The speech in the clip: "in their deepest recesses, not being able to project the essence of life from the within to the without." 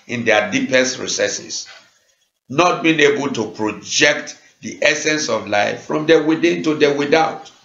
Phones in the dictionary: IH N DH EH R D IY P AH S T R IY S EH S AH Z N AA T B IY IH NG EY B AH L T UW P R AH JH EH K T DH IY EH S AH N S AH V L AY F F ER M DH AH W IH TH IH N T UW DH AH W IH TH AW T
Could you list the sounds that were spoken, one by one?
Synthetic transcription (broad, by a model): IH N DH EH D IY P AH S T R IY S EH S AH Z N AA T B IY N EY B AH L T UW P R AH JH EH K T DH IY EH S AH N S AH V L AY F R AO M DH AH W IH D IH N T UW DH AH W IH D AW T